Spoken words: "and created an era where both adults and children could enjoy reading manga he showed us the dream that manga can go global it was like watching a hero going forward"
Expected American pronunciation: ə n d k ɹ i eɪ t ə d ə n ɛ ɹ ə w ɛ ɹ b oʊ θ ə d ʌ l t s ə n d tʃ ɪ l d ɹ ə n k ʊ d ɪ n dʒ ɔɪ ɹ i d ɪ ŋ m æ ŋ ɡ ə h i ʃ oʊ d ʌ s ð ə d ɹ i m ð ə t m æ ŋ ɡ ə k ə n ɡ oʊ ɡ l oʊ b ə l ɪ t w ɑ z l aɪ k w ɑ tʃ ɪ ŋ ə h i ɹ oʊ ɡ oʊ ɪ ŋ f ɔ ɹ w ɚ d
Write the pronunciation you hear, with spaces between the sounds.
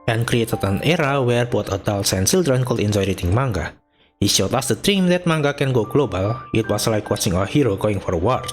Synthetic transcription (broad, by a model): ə n k ɹ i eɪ t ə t ə n ɛ ɹ ə w ɛ ɹ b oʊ t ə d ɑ l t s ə n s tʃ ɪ l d ɹ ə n k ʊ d ɪ n dʒ ɔɪ ɹ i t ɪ ŋ m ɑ ŋ ɡ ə h i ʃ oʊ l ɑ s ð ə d ɹ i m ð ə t m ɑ ŋ ɡ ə k ə n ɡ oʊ ɡ l oʊ b ə l ɪ t w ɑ s l aɪ k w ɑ s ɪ ŋ ə h i ɹ oʊ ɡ oʊ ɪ ŋ f ɔ ɹ w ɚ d